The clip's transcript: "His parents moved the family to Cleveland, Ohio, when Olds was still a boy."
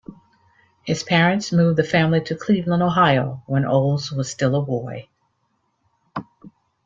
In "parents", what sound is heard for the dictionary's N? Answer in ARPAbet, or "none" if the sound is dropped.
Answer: N